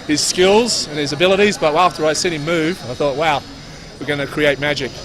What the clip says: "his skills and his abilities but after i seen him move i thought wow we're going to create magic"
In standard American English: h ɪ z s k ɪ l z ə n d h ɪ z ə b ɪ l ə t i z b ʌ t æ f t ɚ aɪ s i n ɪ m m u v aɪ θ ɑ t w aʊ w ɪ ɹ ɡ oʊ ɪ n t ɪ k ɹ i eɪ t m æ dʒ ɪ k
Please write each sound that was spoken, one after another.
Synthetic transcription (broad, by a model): h ɪ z s k ɪ l z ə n ɪ z ə b ɪ l ə t i z b ʌ t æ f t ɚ aɪ s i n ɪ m m u v aɪ θ ɑ t w aʊ w ɪ ɹ ɡ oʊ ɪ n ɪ k ɹ i eɪ t m æ dʒ ɪ k